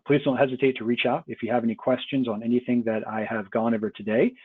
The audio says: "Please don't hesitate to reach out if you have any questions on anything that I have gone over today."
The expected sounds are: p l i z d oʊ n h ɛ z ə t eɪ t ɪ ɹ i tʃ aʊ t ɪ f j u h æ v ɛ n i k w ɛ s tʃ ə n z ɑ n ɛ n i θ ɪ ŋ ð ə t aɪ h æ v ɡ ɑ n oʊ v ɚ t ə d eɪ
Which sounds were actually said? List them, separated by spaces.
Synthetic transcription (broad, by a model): p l i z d oʊ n h ɛ z ə t eɪ t ɪ ɹ i tʃ aʊ t ɪ f j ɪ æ v ɛ n i k w ɛ s tʃ ə n z n ɛ n i θ ɪ ŋ ð ə t aɪ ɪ v ɡ ɑ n oʊ v ɚ t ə d eɪ